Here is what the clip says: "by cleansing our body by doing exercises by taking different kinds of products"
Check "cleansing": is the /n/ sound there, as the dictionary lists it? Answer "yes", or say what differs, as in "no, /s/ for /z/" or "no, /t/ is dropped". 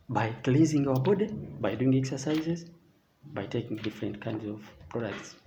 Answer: no, /n/ is dropped